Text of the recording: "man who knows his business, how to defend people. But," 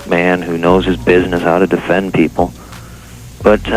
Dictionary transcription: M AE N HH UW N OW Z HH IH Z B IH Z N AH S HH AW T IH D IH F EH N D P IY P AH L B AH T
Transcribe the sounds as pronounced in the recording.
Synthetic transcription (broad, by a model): M AE N HH UW N OW Z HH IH Z B IH Z N AH S HH AW T IH D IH F EH N P IY P L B AH T